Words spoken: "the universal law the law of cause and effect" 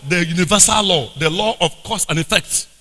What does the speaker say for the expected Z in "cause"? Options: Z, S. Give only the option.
S